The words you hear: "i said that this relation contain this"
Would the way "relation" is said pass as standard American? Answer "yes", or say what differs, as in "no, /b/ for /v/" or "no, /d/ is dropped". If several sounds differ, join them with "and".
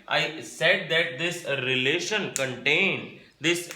yes